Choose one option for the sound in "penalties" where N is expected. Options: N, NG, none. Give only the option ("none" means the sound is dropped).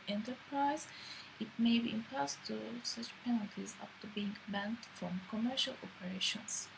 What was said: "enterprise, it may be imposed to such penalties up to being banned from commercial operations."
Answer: N